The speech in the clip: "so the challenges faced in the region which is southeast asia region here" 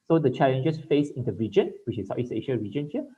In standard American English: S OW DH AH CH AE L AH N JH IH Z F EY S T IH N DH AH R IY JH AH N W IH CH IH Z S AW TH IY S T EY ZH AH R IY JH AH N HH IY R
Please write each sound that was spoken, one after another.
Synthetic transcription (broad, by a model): S OW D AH CH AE L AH N JH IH S F EY S IH N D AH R IY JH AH N W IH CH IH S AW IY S EY SH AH R IY JH AH N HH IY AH